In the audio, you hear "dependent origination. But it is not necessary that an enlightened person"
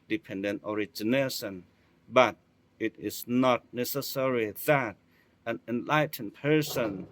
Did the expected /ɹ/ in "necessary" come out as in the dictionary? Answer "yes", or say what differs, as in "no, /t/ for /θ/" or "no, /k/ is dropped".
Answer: yes